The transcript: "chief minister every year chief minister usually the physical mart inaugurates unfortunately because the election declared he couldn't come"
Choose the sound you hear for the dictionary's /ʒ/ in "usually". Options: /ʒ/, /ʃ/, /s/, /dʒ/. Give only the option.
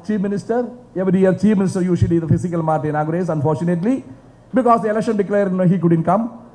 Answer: /ʃ/